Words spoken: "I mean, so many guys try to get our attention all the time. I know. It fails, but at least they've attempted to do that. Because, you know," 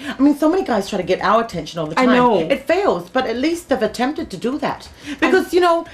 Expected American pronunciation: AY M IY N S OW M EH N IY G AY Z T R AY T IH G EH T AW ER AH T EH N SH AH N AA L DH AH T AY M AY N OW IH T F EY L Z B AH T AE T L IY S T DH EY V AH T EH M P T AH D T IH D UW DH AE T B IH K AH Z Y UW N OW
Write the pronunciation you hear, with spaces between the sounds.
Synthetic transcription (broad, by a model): AY M IY N S OW M EH N IY G AY Z T R AY T IH G EH T AW ER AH T EH N SH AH N AA L DH AH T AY AY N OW IH T F EY L Z B AH T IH T L IY S T DH EY V AH T EH M P T AH D T IH D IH DH AE T B IH K AH Z Y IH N OW